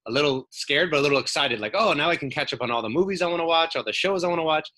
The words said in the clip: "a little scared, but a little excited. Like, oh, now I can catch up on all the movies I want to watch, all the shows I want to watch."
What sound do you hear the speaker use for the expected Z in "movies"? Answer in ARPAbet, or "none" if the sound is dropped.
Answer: Z